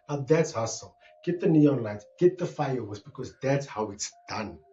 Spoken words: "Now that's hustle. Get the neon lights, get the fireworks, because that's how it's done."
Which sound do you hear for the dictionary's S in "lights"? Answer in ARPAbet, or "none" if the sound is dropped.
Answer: none